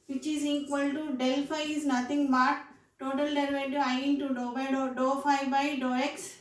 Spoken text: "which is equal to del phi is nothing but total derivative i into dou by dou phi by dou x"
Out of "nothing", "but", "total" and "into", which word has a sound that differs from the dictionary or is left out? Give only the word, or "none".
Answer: nothing